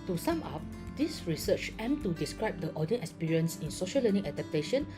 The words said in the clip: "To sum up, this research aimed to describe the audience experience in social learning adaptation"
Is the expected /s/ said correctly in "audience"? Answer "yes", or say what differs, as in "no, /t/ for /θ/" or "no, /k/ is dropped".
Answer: no, /s/ is dropped